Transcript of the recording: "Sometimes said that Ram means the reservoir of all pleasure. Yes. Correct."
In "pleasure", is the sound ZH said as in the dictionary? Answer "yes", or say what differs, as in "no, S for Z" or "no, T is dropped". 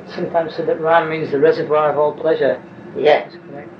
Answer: yes